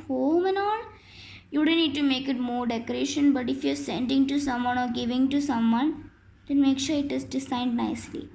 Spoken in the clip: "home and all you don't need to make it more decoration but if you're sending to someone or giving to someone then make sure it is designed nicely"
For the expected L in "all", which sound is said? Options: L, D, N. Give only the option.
N